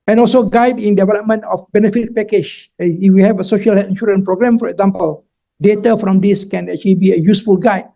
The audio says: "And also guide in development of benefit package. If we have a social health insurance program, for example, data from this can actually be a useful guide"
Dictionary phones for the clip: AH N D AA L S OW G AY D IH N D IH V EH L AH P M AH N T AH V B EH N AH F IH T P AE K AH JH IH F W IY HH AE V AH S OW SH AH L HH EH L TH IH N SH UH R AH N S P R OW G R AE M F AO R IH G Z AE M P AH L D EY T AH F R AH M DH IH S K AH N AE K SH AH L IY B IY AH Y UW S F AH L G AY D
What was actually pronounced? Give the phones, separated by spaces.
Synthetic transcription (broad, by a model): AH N AA L S OW G AY D IH N D IH V EH L AH P M AH N T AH F B EH N AH F IH T P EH K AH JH IH F W IY HH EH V AH S OW SH AH L HH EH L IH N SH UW R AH N P R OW G R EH M F AO R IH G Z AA M P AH L D EY T AH F R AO M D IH S K AH N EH K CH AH L IY B IY AH Y UW S F AH L G AY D